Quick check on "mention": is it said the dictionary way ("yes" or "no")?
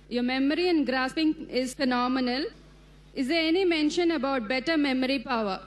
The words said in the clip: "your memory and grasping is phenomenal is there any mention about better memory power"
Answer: yes